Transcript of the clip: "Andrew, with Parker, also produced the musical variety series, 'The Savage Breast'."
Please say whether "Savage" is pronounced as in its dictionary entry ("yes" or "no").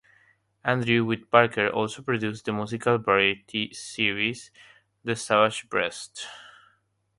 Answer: no